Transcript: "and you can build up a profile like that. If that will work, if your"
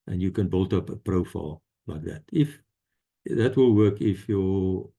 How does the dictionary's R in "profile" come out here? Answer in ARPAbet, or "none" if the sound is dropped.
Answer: R